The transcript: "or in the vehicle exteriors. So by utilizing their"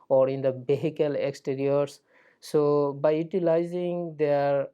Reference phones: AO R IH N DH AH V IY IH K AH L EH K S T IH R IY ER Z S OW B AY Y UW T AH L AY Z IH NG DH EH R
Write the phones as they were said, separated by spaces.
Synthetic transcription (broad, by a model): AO R IH N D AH B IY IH K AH L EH K S T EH R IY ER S S OW B AY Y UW T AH L AY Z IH NG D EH R